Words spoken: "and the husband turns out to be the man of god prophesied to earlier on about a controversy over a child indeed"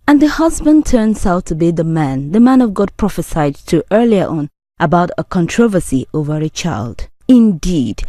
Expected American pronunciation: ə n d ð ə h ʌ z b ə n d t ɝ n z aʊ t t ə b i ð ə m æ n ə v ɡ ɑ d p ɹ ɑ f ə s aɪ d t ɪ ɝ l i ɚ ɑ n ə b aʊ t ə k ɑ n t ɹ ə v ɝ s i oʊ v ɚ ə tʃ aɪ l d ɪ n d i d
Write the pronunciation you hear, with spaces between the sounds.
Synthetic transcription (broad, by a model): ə n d ð ə h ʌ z b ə n t ɝ n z aʊ t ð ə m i ð ə m æ n ə v ɡ ɑ d p ɹ ɑ f ə s aɪ d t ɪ ɝ l i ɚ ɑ n ə b aʊ t ə k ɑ n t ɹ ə v ɝ s i oʊ v ɚ ə tʃ aɪ l d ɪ n d i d